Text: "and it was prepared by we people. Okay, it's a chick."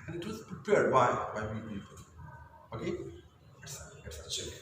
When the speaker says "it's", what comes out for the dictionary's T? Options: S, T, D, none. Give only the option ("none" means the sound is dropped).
S